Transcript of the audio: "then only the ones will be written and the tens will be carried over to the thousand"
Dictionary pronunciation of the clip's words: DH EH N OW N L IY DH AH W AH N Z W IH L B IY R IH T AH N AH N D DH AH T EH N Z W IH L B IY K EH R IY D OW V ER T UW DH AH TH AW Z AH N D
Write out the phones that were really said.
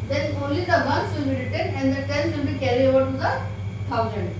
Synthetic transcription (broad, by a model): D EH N OW N L IY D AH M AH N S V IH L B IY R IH T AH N AH N D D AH T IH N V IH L B IY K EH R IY OW V ER T UW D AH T AW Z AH N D